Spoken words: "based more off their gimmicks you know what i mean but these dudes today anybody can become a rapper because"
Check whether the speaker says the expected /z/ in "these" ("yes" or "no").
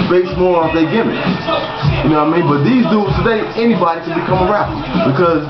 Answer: yes